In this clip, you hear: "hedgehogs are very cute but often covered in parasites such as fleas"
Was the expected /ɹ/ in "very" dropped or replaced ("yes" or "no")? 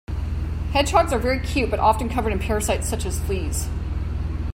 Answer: no